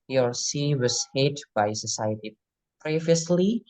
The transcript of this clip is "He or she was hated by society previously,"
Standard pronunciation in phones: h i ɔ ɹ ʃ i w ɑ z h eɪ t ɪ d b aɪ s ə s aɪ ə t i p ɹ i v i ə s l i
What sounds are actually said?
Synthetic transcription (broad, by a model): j ɔ ɹ s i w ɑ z h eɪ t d b aɪ s ə s aɪ ə t i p ɹ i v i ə s l i